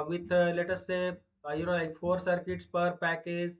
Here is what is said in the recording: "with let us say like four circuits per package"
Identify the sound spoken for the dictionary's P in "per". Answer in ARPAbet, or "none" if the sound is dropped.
P